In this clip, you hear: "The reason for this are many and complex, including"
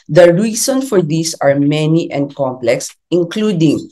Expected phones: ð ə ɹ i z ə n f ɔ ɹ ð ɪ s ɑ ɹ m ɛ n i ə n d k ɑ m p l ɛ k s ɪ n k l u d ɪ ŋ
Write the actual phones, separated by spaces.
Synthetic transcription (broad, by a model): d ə ɹ i s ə n f ɔ ɹ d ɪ s ɑ ɹ m ɛ n i ə n d k ɑ m p l ɛ k s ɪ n k l u d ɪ ŋ